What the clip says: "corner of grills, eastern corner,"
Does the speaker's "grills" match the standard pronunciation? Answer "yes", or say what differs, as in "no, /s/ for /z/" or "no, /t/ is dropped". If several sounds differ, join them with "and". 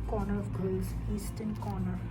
no, /ɹ/ is dropped